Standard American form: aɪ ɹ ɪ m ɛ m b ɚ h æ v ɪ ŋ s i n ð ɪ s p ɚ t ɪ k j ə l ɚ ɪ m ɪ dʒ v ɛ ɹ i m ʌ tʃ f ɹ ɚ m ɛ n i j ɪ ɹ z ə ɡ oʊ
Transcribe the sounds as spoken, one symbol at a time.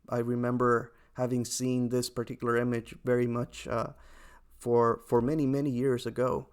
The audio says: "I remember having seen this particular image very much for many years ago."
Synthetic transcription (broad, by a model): aɪ ɹ ɪ m ɛ m b ɚ h æ v ɪ ŋ s i n ð ɪ s p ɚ t ɪ k j l ɚ ɪ m ɪ dʒ v ɛ ɹ i m ʌ tʃ f ɹ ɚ m ɛ n i j ɪ ɹ z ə ɡ oʊ